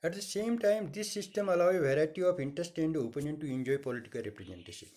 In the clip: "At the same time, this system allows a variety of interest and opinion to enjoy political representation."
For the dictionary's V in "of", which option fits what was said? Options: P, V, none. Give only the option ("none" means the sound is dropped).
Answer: P